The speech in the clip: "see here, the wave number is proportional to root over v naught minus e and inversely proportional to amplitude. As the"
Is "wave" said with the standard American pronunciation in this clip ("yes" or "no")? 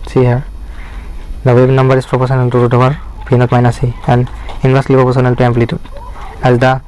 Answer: no